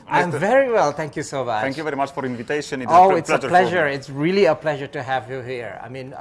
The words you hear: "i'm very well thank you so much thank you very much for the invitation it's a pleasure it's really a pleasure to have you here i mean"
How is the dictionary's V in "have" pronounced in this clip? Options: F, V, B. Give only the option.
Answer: V